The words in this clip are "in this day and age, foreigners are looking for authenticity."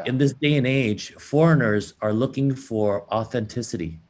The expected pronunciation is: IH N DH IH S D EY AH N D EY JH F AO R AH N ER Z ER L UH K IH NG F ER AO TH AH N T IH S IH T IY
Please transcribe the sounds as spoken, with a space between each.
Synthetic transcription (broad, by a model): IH N DH IH S D EY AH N EY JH F AO R AH N ER Z ER L UH K IH NG F ER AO TH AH N T IH S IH T IY